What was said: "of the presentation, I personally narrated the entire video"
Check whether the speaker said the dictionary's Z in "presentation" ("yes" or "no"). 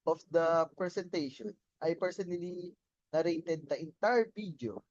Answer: no